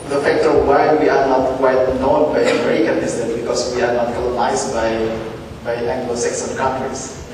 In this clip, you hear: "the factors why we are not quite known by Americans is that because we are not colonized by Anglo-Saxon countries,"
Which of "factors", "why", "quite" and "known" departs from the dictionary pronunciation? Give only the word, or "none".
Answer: factors